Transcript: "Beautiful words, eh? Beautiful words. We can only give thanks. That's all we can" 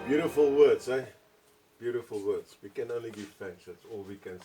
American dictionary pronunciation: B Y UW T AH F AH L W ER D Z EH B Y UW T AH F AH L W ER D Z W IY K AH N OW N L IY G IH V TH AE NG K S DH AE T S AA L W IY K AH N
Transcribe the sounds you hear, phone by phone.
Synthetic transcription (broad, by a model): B Y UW T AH F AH L W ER D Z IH B Y UW T AH F AH L W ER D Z W IY K AH N OW N L IY G IH V F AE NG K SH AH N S AA L W IY K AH N